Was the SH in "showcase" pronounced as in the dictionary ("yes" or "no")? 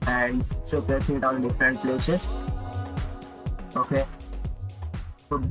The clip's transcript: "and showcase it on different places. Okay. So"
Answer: no